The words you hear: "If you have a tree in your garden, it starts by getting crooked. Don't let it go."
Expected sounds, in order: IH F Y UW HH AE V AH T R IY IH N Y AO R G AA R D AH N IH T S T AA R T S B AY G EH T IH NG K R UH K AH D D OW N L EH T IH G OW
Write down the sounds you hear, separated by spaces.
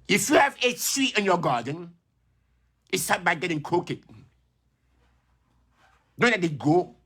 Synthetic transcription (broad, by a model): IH F Y UW HH AE V AH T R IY IH N Y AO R G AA D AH N IH T S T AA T B AY G EH T IH NG K AO K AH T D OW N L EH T IH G OW